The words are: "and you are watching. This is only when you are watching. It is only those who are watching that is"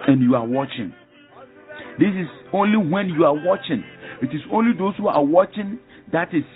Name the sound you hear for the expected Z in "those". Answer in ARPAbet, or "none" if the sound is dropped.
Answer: S